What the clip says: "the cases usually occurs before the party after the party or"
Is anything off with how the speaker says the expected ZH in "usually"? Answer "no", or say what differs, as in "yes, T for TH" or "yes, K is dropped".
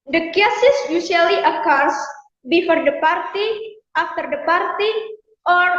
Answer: yes, S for ZH